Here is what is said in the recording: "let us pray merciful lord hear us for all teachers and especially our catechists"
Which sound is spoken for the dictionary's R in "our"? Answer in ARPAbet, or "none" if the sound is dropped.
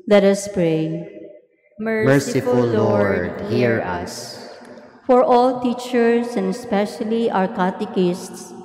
R